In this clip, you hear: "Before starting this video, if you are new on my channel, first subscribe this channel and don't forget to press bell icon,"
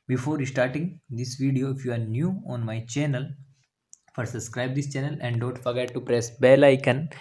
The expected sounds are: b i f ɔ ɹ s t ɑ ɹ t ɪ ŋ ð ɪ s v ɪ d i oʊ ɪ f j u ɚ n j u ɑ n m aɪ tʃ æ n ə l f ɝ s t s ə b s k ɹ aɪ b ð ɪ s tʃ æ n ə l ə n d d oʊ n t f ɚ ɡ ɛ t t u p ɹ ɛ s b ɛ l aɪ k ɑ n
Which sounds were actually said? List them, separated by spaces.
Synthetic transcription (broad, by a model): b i f ɔ ɹ s t ɑ ɹ t ɪ ŋ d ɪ s v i d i oʊ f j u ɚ n j u ɑ n m aɪ tʃ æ n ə l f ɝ t s ə b s k ɹ aɪ b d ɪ s tʃ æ n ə l ə n d d oʊ n t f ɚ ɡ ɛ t t u p ɹ ɛ s b ɛ l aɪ k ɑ n